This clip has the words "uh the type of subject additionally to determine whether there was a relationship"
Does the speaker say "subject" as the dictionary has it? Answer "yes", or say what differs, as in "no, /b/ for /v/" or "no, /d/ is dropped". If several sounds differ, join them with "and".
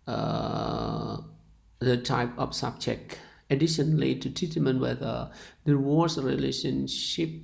no, /t/ is dropped